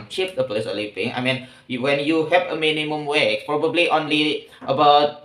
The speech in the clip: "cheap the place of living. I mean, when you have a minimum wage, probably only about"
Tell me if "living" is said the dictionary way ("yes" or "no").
no